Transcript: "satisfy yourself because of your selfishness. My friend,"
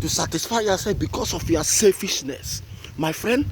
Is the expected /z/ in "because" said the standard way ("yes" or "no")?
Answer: no